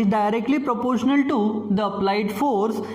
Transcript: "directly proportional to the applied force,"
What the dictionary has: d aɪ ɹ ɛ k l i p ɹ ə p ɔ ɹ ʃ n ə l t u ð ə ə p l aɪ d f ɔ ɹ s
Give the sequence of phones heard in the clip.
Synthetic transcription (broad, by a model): d aɪ ɹ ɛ k l i p ɹ ə p ɔ ɹ ʃ n ə l t u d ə ə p l aɪ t f ɔ ɹ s